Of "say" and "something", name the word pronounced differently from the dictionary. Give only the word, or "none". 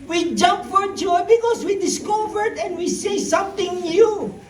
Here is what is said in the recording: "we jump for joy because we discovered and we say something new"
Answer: something